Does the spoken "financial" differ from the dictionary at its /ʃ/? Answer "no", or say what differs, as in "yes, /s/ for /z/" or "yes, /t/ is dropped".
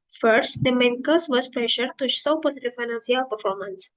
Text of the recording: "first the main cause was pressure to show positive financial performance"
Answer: yes, /s/ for /ʃ/